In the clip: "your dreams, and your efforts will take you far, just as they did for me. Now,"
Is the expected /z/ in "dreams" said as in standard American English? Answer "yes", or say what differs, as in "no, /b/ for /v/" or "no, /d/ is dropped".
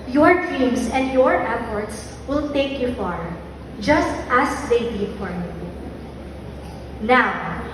no, /s/ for /z/